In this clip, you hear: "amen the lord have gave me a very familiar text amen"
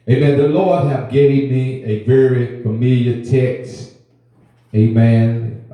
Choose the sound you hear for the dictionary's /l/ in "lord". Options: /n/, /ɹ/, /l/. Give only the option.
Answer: /l/